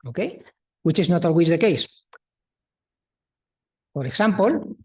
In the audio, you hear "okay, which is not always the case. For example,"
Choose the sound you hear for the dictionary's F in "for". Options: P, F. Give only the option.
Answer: P